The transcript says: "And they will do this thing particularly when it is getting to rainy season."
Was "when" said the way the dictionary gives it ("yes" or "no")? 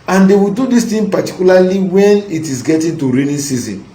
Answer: yes